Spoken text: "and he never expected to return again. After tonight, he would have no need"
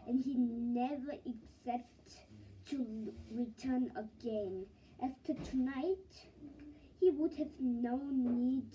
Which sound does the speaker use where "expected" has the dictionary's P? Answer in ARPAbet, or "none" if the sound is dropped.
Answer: none